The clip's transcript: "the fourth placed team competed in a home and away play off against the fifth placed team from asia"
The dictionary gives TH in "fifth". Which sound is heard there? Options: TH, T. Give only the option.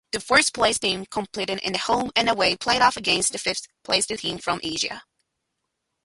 TH